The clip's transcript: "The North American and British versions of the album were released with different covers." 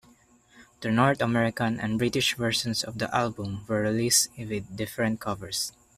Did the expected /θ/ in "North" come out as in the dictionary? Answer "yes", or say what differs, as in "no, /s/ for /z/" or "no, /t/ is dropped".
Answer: no, /t/ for /θ/